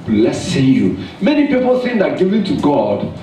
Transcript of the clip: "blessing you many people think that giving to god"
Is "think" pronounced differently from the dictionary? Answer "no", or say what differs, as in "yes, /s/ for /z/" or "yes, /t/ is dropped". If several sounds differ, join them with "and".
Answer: yes, /s/ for /θ/